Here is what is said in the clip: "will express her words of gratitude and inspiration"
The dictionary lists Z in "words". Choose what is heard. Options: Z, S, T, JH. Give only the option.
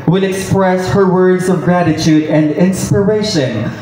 Z